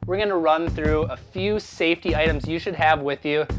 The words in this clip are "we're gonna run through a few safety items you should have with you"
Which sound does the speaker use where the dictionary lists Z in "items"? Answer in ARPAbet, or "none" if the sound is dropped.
Z